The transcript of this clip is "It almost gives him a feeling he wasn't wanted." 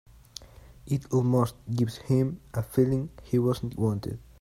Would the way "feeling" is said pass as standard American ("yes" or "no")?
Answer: yes